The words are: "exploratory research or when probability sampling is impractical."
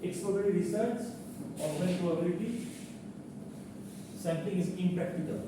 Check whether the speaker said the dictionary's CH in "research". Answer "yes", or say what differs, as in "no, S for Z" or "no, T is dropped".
no, S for CH